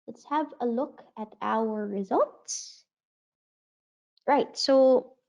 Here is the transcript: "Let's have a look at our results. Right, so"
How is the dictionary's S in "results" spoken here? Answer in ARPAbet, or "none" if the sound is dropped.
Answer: S